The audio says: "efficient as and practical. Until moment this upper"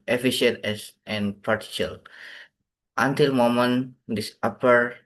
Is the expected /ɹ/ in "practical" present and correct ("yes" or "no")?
no